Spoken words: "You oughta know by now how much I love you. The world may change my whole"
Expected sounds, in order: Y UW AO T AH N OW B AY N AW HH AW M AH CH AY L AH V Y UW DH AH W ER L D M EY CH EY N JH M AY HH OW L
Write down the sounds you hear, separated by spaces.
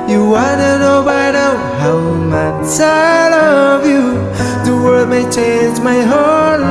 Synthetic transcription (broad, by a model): Y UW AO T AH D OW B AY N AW HH AW M AH CH AY L AH V Y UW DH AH W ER D M EY CH EY N JH M AY HH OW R